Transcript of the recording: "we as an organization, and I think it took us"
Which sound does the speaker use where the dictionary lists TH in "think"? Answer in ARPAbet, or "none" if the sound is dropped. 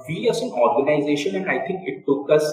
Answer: T